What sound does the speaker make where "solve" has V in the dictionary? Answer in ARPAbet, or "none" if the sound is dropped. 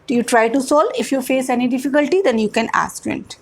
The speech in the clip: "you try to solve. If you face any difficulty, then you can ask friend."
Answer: none